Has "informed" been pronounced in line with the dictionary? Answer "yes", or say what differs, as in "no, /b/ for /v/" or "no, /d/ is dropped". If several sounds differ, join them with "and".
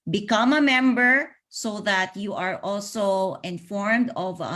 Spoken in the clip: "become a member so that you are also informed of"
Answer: yes